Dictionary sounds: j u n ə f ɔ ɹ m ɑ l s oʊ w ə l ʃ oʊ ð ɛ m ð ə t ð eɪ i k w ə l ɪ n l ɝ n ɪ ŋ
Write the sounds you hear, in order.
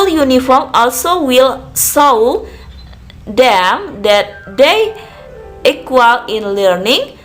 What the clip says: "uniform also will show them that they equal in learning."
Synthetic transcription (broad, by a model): j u n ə f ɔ ɹ m ɑ l s oʊ w ə l s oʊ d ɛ m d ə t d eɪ i k w ə l ɪ n l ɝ n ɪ ŋ